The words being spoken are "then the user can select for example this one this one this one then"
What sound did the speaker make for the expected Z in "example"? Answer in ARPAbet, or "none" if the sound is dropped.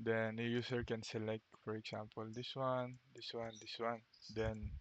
S